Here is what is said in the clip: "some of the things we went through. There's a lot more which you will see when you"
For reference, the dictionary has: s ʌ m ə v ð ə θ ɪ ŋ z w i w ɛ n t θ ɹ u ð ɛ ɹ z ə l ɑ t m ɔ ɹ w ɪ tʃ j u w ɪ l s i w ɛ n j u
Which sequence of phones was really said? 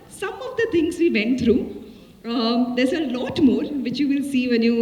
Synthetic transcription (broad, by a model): s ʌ m ə v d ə t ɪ ŋ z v i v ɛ n t t ɹ u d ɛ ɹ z ə l ɑ t m ɔ ɹ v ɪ tʃ j u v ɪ l s i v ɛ n j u